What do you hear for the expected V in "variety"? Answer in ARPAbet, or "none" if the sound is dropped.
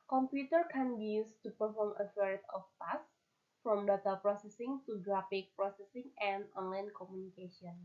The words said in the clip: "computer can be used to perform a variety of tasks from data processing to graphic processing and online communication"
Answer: F